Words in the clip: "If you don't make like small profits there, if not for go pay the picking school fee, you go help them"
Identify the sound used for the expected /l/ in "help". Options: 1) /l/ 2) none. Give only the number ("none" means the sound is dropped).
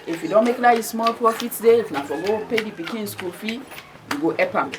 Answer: 2